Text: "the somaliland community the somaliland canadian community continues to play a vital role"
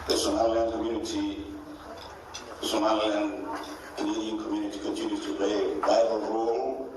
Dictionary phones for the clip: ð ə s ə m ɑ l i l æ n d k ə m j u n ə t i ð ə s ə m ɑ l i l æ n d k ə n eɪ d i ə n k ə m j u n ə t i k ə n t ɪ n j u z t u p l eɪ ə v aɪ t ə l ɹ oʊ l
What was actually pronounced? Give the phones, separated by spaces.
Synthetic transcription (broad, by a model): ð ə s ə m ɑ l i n k ə m j u n ə t i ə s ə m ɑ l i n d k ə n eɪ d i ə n k ə m j u n ə t i k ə n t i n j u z t u p l eɪ ə b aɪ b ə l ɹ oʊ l